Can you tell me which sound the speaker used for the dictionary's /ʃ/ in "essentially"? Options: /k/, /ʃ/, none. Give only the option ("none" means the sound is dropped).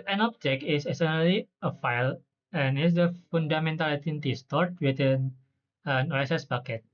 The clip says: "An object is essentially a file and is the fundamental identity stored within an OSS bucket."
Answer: none